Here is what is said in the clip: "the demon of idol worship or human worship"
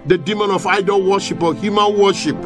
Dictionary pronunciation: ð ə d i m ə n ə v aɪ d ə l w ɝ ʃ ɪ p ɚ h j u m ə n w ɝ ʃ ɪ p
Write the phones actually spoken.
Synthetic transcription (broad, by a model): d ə d i m ə n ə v aɪ d ə l w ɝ ʃ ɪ p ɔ h j u m ə n w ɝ ʃ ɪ p